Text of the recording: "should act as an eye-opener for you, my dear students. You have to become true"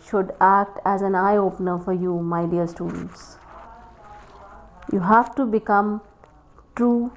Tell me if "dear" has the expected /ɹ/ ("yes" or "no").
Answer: no